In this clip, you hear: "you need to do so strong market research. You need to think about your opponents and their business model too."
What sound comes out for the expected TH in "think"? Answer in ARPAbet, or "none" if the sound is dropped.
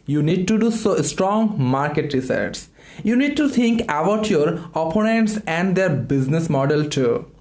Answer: T